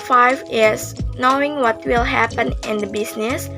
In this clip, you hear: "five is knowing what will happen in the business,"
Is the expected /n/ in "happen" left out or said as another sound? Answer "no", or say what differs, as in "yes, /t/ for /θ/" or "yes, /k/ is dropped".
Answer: no